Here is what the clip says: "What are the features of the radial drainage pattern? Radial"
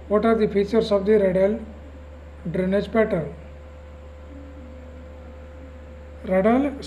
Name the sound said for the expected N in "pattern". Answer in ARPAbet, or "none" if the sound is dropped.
L